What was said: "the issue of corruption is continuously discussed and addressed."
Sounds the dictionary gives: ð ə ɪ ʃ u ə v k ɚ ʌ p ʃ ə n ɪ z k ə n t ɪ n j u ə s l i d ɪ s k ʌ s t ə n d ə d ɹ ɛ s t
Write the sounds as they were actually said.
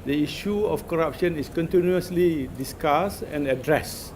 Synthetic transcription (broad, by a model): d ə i ʃ u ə f k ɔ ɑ p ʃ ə n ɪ s k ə n t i n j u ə s l i d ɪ s k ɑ s ə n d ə d ɹ ɛ s